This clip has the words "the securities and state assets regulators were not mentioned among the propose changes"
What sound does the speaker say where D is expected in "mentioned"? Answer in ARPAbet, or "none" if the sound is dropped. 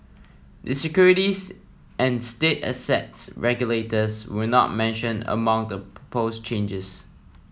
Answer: none